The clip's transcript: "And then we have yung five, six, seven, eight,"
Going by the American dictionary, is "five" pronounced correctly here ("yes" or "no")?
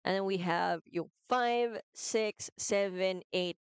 yes